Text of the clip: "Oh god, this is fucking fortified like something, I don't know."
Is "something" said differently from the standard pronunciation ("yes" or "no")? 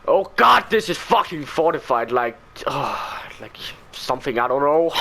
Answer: no